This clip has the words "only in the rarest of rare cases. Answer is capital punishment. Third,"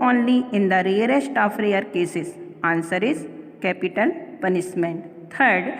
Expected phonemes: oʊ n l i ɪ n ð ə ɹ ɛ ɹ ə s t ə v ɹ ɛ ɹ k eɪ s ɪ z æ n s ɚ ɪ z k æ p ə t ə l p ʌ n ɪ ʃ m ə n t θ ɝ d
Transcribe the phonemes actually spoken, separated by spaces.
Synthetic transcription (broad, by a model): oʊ n l i ɪ n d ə ɹ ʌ ɹ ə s t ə f ɹ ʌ ɹ k eɪ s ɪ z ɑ n s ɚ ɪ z k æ p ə t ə l p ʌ n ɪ s m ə n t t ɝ d